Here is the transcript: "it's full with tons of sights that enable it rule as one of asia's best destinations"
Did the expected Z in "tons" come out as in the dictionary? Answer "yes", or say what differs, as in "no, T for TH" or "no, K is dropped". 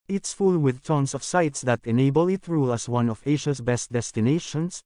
no, S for Z